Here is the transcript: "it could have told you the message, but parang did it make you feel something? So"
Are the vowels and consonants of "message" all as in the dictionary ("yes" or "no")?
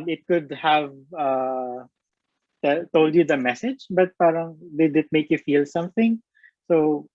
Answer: yes